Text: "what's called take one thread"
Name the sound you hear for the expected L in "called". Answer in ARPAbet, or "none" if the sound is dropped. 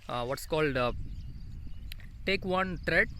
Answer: L